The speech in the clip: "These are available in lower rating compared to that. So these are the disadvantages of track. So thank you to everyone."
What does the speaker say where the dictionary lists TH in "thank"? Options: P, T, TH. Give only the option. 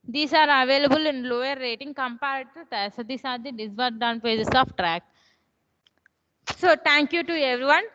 T